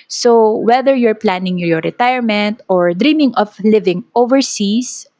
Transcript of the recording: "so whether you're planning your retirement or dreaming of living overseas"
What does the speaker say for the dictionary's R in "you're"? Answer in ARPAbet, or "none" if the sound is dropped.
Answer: R